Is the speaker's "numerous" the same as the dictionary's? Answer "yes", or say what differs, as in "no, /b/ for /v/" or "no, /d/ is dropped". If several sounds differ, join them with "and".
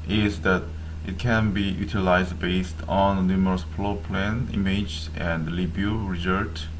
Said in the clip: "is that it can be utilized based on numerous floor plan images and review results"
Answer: yes